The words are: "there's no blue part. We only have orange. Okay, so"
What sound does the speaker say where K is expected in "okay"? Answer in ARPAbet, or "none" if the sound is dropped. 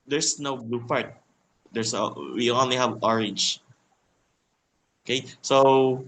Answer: K